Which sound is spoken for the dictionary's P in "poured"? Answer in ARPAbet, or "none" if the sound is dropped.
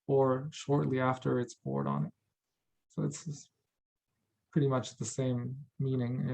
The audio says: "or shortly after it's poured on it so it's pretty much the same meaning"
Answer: B